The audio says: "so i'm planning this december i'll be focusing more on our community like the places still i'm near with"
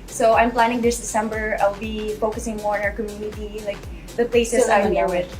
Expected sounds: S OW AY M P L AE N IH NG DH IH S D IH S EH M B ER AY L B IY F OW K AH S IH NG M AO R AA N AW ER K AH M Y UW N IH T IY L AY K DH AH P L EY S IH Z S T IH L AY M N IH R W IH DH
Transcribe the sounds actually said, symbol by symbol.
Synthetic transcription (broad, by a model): S OW AY M P L AE N IH NG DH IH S D IH S EH M B ER AY L B IY F OW K AH S IH NG M AO R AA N AW ER K AH M Y UW N IH T IY L AY K DH AH P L EY IH S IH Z AY M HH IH R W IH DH